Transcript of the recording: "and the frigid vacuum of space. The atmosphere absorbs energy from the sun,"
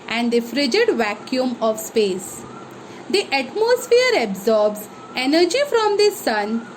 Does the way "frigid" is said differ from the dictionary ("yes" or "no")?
no